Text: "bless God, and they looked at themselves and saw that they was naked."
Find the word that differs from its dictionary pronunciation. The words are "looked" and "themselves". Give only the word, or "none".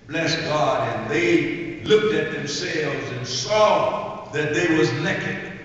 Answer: none